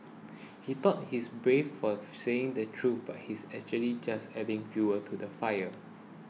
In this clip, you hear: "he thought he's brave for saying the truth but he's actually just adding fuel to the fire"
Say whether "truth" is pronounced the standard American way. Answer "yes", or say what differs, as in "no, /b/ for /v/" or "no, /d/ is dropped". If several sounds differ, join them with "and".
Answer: no, /t/ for /θ/